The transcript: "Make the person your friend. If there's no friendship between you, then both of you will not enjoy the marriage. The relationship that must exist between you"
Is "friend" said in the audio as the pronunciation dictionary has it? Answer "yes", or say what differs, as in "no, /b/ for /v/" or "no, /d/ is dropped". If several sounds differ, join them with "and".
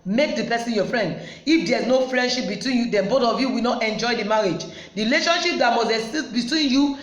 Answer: yes